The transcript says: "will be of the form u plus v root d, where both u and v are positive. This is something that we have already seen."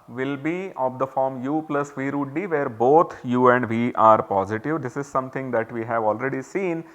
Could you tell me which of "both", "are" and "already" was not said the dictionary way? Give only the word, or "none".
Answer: both